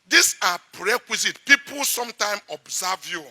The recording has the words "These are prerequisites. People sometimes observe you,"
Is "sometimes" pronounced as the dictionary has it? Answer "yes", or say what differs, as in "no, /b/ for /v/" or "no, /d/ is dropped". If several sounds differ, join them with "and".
no, /z/ is dropped